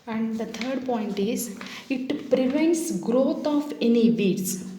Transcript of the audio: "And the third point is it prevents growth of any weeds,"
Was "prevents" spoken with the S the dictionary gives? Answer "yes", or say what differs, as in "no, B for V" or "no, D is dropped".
yes